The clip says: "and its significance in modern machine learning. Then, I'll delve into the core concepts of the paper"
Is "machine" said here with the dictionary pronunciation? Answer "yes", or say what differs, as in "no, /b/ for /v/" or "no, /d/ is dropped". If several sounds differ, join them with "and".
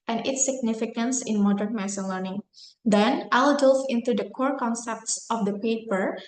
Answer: no, /s/ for /ʃ/